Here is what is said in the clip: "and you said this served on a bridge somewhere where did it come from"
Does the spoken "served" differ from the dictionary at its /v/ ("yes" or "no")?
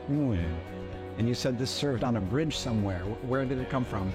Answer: no